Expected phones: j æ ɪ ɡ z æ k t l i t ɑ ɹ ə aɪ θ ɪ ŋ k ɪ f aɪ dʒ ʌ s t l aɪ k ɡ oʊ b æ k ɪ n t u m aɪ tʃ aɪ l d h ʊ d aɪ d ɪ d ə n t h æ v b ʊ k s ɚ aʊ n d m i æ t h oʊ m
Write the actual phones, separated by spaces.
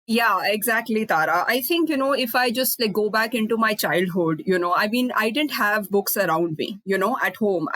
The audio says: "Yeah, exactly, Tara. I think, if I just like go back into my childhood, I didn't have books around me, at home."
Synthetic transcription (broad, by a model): j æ ɪ ɡ z æ k t l i t ɑ ɹ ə aɪ t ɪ ŋ k ɪ f aɪ dʒ ʌ s t l aɪ k ɡ oʊ b æ k ɪ n t u m aɪ tʃ aɪ l d h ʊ d aɪ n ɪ d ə n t h æ v b ʊ k s ɚ aʊ n d m i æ t h oʊ m